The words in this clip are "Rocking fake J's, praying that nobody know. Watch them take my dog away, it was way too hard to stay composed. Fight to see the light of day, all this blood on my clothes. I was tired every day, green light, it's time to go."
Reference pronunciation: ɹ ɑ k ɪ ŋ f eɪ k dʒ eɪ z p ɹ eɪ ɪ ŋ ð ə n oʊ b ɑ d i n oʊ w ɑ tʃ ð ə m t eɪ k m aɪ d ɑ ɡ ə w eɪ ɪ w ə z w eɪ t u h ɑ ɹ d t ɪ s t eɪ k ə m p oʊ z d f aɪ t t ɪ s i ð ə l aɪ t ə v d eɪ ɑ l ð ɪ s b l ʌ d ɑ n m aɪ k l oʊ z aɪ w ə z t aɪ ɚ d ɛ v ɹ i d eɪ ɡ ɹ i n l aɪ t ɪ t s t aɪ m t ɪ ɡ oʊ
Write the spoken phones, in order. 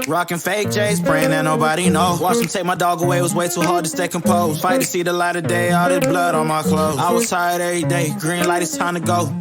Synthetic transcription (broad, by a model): ɹ ɑ k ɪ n f eɪ k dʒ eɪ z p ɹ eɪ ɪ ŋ ð ə n oʊ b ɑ d i n oʊ w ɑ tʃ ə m t eɪ k m aɪ d ɑ ɡ ə w eɪ ɪ w ə z w eɪ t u h ɑ ɹ d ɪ s t eɪ k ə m p oʊ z f aɪ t t ɪ s i ð ə l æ t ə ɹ d eɪ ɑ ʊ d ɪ b l ʌ d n m aɪ k l oʊ z aɪ w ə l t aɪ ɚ d ɛ v ɹ i d eɪ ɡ ɹ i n l aɪ t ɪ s t aɪ m t ɪ ɡ oʊ